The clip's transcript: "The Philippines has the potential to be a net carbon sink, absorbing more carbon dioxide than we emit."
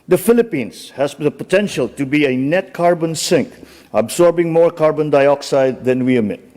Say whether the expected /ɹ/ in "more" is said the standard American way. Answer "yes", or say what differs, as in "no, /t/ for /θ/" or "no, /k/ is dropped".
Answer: yes